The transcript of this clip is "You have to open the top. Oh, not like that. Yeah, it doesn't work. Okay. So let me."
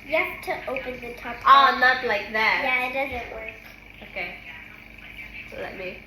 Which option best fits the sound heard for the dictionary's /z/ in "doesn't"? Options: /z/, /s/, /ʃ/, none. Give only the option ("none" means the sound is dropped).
/z/